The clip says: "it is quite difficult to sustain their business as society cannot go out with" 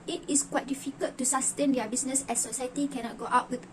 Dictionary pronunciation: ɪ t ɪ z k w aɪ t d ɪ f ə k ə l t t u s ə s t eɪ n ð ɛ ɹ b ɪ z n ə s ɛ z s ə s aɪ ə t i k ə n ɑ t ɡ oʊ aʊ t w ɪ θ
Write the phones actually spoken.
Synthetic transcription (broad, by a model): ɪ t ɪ s k w aɪ t d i f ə k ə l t t u s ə s t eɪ n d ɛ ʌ b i s n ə s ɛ s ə s aɪ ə t i k ə n ɑ t ɡ oʊ aʊ t w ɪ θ